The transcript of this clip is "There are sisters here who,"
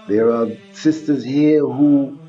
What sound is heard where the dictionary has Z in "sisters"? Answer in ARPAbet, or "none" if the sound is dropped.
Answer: Z